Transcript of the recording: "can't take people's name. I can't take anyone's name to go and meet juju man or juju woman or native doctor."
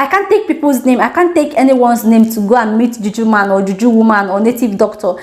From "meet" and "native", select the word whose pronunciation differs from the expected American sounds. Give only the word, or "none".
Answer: none